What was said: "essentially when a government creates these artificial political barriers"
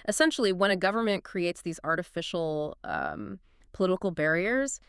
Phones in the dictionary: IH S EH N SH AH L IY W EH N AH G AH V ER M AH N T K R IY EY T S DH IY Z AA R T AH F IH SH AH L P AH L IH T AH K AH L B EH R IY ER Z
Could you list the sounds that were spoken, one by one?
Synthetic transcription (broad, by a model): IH S EH N SH L IY W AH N AH G AH V ER M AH N K R IY EY T S DH IY Z AA R T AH F IH SH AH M P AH L IH T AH K L B EH R IY ER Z